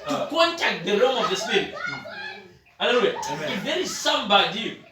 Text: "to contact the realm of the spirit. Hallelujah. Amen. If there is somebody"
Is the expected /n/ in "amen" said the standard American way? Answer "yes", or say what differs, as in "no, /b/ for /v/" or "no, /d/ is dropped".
no, /n/ is dropped